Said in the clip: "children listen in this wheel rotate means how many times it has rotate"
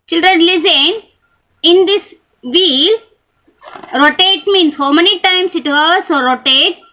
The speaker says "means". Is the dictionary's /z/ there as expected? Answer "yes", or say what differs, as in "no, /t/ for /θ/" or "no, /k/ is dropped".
no, /s/ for /z/